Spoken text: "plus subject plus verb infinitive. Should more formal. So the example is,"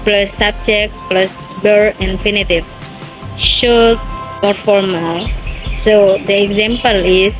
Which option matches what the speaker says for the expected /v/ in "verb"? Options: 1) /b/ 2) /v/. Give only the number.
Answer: 1